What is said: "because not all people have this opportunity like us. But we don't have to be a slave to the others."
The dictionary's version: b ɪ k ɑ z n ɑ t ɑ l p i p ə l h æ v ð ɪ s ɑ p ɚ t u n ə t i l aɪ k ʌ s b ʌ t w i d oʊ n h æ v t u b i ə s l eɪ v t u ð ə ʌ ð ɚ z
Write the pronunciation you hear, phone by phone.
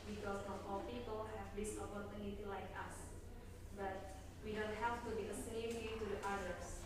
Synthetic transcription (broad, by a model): b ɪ k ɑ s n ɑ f ɑ l p i p ə l h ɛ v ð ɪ s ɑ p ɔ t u n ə t i l aɪ k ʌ s b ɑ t w i d oʊ n h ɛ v t u b i ə s n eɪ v t u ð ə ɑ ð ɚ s